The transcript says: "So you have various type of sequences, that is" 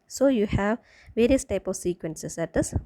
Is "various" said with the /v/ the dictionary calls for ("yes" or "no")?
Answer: yes